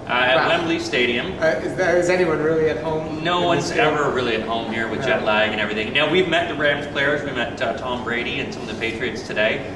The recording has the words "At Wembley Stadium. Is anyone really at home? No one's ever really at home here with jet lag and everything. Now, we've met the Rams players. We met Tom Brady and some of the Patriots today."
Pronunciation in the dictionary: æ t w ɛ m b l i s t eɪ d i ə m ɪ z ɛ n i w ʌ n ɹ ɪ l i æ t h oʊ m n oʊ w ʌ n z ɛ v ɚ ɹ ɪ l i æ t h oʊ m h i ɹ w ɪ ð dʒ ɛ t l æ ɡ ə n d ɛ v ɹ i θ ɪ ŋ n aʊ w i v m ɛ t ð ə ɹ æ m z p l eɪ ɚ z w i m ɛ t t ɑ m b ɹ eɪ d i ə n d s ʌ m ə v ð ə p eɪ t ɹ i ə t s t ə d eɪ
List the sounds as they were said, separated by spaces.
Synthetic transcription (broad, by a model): t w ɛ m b l i s t eɪ d i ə m ɪ z ɛ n i w ʌ n ɹ ɪ l i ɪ t h oʊ m n oʊ w ʌ n z ɛ v ɚ ɹ ɪ l i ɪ t h oʊ m h i ɹ w ɪ ð dʒ ɛ t l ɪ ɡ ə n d ɛ v ɹ i θ ɪ ŋ n aʊ w i v m ɛ t ð ə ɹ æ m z p l eɪ ɚ z w i m ɛ t t ɑ m b ɹ eɪ d i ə n s ʌ m ə v ð ə p eɪ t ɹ i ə t s t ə d eɪ